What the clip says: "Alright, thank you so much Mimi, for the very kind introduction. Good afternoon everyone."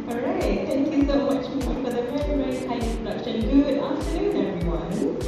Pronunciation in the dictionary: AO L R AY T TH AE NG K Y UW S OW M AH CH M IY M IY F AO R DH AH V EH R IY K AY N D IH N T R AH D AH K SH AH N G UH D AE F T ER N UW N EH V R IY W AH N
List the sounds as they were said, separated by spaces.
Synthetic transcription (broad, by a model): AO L R AY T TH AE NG K Y UW S OW M AH CH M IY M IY F AO R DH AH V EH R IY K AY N IH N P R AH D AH K SH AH N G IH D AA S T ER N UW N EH V R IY W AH N